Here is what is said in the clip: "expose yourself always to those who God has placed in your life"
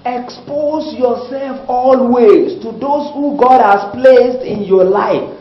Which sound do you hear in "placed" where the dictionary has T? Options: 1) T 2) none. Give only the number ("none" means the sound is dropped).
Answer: 1